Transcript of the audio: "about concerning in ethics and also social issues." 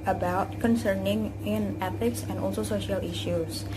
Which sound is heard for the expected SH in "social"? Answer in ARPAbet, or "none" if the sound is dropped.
SH